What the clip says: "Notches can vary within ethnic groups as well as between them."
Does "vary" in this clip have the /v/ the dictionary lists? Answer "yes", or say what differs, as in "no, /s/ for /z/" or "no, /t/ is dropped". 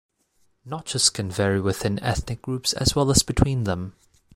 yes